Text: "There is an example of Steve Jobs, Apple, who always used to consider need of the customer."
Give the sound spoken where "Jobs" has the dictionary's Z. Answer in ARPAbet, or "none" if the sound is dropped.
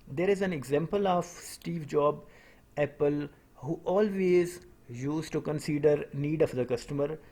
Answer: none